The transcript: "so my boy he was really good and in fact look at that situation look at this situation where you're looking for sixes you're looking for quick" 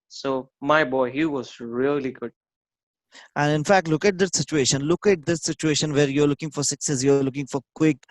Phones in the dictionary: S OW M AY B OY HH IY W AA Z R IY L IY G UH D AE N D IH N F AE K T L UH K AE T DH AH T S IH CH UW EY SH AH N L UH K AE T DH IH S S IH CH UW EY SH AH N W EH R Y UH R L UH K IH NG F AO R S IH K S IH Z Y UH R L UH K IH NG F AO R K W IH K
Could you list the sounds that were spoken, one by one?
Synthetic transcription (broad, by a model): S OW M AY B OY HH IY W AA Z R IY L IY G UH D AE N D IH N F AE K T L UH K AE T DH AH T S IH CH UW EY SH AH N L UH K AE T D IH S S IH CH UW EY SH AH N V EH R Y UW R L UH K IH NG F AO R S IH K S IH S Y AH R L UH K IH NG F AO R K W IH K